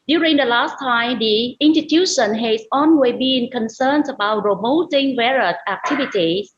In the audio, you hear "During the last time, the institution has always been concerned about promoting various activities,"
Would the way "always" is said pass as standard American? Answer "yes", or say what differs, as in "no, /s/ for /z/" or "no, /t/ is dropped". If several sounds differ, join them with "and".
no, /n/ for /l/ and /z/ is dropped